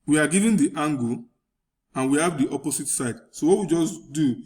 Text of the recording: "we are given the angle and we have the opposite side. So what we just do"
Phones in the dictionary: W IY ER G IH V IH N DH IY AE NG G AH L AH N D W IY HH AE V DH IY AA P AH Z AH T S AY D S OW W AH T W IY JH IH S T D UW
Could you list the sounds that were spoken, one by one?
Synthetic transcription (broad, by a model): W IY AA G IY V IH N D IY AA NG G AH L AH N W IY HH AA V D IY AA P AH S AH T S AY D S OW W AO T W IY JH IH S D UW